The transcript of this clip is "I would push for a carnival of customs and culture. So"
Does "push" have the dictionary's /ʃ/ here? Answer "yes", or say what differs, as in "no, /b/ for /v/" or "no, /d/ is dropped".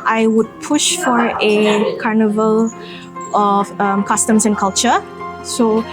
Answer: yes